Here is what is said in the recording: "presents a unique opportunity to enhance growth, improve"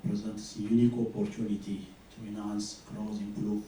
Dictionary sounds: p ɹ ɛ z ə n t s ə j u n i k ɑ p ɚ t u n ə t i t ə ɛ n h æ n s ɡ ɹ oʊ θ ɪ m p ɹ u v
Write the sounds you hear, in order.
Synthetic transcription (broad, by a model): p ɹ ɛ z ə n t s ə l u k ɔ ɑ p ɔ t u n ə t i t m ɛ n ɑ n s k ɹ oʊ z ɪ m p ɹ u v